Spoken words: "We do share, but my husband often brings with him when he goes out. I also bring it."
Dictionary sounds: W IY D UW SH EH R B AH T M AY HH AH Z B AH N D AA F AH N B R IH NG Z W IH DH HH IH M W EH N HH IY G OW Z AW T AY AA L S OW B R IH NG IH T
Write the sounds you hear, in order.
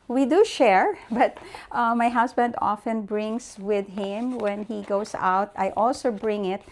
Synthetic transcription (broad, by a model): W IY D UW SH EH R B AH T M AY HH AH S B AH N D AA F AH N B R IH NG S W IH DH HH IH M W EH N HH IY G OW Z AW T AY AA L S OW B R IH NG IH T